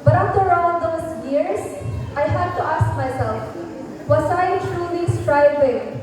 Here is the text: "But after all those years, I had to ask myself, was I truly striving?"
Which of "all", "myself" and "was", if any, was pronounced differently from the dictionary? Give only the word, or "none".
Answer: was